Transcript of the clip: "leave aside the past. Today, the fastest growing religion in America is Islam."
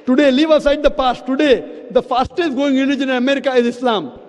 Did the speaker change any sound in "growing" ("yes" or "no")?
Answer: yes